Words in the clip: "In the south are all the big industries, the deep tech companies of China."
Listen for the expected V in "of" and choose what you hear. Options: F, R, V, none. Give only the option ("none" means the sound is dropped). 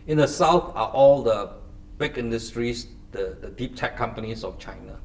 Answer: F